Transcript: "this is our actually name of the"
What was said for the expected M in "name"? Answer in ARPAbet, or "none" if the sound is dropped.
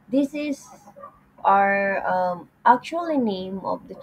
M